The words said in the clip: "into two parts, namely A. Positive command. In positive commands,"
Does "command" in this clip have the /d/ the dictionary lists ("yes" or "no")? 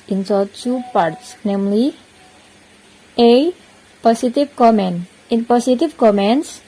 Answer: no